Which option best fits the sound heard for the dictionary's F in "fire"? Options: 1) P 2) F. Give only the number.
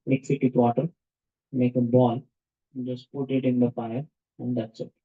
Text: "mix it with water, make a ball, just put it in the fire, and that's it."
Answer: 1